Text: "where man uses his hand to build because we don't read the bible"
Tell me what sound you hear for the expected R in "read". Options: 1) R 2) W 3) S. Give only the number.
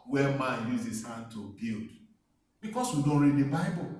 1